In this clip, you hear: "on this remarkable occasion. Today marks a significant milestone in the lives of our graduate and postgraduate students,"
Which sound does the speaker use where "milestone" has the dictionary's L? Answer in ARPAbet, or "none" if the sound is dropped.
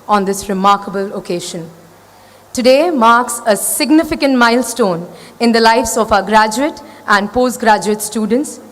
L